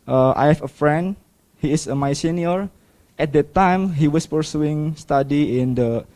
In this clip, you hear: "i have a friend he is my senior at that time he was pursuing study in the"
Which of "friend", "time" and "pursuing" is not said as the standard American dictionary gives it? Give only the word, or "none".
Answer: none